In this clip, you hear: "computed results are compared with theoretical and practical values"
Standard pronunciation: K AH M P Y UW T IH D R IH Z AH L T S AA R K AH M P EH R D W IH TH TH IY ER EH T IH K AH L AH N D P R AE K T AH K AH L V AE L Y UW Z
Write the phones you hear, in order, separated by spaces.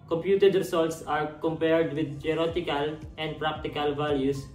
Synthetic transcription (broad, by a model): K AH M P Y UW T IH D R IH S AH L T S AA R K AH M P EH R D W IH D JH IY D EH T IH K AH L AH N D P R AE K T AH K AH L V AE L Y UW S